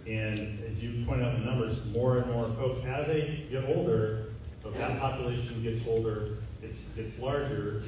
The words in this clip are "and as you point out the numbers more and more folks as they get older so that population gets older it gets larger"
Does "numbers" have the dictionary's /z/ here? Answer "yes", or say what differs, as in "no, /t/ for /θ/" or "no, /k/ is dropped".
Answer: yes